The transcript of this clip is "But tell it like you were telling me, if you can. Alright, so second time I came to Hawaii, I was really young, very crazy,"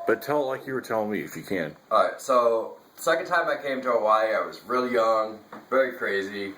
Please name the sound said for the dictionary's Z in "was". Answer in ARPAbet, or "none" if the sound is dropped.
Z